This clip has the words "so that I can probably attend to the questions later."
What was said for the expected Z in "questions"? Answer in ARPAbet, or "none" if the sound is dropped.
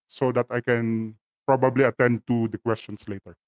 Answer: S